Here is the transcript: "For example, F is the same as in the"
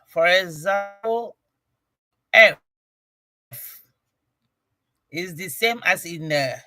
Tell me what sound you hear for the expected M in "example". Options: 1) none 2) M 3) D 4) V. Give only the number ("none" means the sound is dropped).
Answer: 1